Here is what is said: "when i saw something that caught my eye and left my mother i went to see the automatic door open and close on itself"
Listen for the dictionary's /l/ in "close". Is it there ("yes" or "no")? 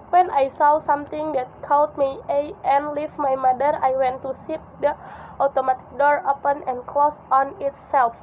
yes